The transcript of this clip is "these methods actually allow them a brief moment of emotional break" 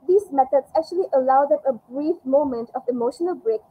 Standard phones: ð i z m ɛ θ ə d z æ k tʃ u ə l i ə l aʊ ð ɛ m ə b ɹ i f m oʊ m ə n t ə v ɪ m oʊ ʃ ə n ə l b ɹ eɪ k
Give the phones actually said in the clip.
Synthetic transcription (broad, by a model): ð i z m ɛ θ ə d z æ k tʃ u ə l i ə l aʊ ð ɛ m ə b ɹ i f m oʊ m ə n t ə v ɪ m oʊ ʃ ə n ə l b ɹ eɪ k